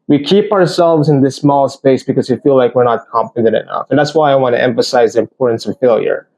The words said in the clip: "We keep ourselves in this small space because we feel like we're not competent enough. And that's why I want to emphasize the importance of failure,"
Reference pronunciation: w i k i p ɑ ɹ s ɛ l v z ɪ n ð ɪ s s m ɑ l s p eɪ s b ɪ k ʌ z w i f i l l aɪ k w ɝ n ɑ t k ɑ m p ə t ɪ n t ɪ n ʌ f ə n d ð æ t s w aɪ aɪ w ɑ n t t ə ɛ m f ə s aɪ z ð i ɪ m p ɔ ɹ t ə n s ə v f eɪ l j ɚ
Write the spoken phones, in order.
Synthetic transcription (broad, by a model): w i k i p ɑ ɹ s ɛ l v z ɪ n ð ɪ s s m ɑ l s p eɪ s b ɪ k ʌ z w i f i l l aɪ k w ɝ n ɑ t k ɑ m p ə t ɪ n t ɪ n ʌ f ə n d ð æ t s w aɪ aɪ w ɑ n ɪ t ɛ m f ə s aɪ z ð i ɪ m p ɔ ɹ t n s ə v f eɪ l j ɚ